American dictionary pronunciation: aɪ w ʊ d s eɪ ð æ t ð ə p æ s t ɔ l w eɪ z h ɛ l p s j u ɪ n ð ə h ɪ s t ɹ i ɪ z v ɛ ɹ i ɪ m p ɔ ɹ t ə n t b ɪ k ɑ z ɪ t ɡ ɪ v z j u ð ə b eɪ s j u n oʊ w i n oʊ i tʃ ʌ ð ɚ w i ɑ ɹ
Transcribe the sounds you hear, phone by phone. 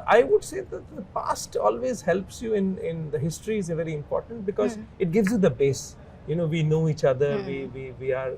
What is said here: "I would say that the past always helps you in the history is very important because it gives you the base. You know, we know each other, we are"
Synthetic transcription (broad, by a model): aɪ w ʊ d s eɪ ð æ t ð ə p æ s t ɔ l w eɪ z h ɛ l p s j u ɪ n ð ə h ɪ s t ɹ i ɪ z v ɛ ɹ i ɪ m p ɔ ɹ t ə n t b ɪ k ɑ z ɪ t ɡ ɪ v z j u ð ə b eɪ s j u n oʊ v i n oʊ i tʃ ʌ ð ɚ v i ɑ ɹ